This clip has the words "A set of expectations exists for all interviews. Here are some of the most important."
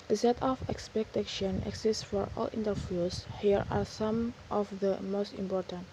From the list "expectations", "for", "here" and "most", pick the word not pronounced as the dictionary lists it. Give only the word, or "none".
expectations